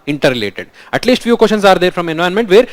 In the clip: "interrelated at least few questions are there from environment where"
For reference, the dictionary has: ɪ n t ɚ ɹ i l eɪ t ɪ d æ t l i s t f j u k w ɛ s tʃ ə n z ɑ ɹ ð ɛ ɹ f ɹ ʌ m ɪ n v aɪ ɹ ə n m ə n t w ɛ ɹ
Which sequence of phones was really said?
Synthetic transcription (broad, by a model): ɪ n t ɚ ɹ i l eɪ t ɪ d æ t l i s t f j u k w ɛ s ʃ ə n s ɑ ɹ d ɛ ɹ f ɹ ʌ m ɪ n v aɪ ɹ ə n m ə n t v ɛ ɹ